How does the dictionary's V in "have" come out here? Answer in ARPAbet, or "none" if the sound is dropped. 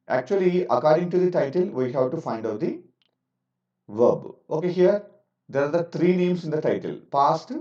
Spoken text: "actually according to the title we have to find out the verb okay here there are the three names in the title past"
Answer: W